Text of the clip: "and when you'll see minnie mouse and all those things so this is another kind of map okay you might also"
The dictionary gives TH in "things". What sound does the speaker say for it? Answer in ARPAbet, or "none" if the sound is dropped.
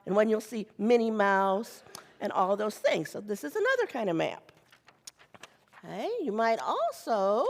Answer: TH